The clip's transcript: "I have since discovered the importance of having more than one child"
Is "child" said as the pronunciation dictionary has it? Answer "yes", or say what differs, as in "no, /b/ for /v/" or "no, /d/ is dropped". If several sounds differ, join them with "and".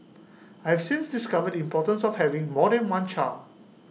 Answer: no, /d/ is dropped